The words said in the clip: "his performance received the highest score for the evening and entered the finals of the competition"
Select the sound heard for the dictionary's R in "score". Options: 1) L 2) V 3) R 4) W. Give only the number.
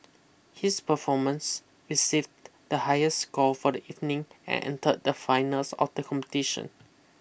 1